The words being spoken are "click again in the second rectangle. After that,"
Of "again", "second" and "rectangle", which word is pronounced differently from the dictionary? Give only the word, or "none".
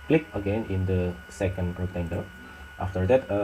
rectangle